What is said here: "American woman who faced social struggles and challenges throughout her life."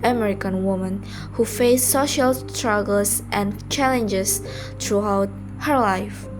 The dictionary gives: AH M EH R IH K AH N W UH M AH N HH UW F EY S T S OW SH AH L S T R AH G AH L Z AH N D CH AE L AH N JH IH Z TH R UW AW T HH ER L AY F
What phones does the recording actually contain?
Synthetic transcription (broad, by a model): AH M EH R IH K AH N W UH M AH N HH UW F EY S S OW SH AH L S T R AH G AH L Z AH N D CH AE L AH N JH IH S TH R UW AW T HH ER L AY F